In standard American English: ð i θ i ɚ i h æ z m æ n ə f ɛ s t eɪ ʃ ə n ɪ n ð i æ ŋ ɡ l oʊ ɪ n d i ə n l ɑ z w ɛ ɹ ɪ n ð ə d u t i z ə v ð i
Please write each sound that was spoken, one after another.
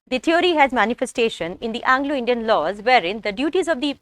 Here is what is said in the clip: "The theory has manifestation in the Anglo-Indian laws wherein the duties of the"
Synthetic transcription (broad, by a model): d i t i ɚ i h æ z m æ n ə f ɛ s t eɪ ʃ ə n ɪ n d i æ ŋ ɡ l oʊ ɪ n d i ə n l ɑ z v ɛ ɹ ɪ n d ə d u t i z ə v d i